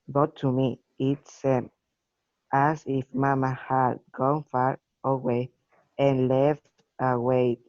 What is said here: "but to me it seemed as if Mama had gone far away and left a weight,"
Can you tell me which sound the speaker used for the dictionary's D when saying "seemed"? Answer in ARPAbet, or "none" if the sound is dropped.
none